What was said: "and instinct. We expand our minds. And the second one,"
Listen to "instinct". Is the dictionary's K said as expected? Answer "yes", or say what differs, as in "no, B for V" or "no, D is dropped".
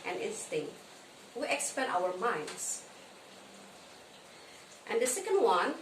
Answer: yes